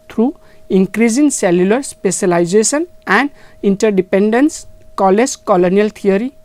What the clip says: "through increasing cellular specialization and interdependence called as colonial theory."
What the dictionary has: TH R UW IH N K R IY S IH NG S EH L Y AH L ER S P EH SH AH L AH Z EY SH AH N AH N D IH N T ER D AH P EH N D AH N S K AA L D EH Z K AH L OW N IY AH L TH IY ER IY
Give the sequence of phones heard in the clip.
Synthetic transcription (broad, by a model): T R UW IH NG K R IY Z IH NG S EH L Y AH L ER S P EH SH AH L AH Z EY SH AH N AH N D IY N T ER D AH P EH N D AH N S K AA L EH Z K AH L OW N IY AH L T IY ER IY